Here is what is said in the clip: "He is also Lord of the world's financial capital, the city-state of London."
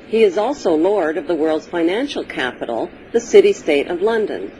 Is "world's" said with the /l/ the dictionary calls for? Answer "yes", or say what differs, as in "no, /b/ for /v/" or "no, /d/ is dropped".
yes